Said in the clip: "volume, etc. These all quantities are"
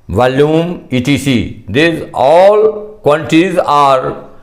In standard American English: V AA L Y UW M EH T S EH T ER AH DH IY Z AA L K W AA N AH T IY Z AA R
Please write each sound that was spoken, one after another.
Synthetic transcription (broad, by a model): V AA L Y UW M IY T IY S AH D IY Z AA L K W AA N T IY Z AA R